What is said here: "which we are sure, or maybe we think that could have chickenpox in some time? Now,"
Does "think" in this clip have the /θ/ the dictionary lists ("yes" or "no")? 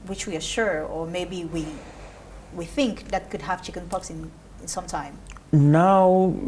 yes